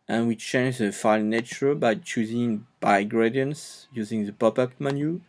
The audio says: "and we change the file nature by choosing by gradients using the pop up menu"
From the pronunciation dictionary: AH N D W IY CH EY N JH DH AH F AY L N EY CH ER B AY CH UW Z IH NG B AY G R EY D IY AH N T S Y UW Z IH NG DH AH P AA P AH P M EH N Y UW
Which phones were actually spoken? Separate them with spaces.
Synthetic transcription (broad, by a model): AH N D W IY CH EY N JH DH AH F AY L N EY CH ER B AY CH UW Z IH NG B AY G R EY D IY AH N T S Y UW Z IH NG DH AH P AA P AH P M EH N Y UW